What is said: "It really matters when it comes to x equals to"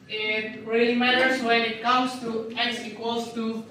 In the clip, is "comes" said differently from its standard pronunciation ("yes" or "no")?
yes